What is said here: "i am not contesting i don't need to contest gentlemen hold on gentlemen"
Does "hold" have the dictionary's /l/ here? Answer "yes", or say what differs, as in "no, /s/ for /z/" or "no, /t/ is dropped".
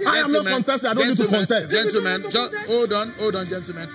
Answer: no, /n/ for /l/